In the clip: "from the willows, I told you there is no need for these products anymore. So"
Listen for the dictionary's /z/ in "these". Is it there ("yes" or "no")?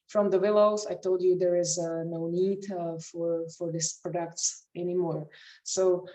no